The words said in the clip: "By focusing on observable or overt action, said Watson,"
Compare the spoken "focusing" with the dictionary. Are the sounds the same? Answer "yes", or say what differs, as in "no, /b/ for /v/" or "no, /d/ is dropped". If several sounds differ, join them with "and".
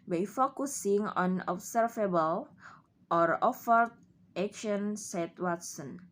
yes